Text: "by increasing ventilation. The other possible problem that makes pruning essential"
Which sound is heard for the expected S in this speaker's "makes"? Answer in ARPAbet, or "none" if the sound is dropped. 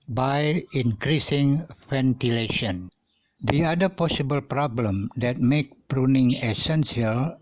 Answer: none